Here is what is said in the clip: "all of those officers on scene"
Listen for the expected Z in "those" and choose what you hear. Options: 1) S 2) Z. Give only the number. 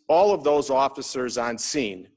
2